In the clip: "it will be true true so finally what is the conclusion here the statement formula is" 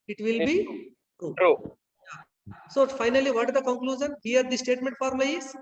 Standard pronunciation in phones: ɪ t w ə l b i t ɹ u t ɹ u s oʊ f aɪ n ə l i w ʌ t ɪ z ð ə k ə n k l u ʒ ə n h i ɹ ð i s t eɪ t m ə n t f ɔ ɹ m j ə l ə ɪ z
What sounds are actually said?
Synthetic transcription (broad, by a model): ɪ t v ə l b i t ɹ u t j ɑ s oʊ f aɪ n ə l i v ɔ t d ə k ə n k l u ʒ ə n h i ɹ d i s t eɪ t m ə n t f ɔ ɹ m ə ə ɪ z